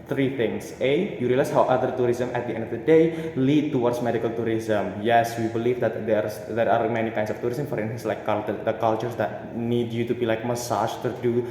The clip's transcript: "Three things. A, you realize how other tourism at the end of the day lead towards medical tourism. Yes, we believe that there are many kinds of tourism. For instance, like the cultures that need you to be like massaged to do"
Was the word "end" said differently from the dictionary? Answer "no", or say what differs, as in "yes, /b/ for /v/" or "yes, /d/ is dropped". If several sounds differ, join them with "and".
no